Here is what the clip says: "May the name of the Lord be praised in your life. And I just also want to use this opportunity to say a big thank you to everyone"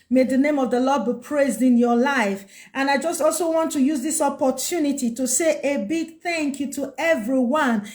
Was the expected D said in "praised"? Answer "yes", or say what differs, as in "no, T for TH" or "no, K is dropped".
yes